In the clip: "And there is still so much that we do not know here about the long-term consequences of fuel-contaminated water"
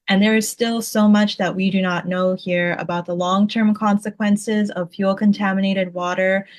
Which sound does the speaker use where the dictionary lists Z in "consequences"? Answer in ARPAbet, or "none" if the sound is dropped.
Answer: Z